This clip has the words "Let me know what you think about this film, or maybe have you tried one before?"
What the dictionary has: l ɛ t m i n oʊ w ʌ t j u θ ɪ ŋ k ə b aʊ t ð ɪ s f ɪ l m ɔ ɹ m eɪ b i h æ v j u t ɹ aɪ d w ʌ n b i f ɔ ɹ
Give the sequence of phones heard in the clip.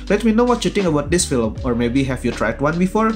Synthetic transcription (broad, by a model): l ɛ t m i n oʊ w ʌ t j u t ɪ ŋ ə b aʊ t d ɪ s f ɪ l m ɔ ɹ m eɪ b i h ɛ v j u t ɹ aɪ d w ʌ n b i f ɔ ɹ